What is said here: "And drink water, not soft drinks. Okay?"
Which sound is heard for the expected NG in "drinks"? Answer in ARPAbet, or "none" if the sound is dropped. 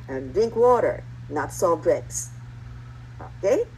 none